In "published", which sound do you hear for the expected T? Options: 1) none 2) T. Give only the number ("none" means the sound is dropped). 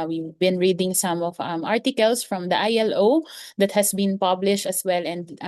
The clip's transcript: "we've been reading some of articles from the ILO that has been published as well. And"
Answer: 2